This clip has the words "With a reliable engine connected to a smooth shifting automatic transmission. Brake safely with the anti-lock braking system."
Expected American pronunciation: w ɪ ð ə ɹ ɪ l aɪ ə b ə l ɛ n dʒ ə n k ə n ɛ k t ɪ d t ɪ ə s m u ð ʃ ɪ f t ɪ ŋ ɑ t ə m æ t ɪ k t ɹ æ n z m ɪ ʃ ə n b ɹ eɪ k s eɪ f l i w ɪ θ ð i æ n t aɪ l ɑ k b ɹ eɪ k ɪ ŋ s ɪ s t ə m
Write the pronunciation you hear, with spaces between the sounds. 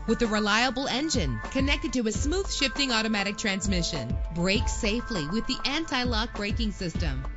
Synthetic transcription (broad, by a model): w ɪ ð ə ɹ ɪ l aɪ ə b l ɛ n dʒ ə n k ə n ɛ k t ɪ d t ɪ ə s m u ð ʃ ɪ f t ɪ ŋ ɑ t ə m æ t ɪ k t ɹ æ n z m ɪ ʃ ə n b ɹ eɪ k s eɪ f l i w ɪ ð i æ n t aɪ l ɑ k b ɹ eɪ k ɪ ŋ s ɪ s t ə m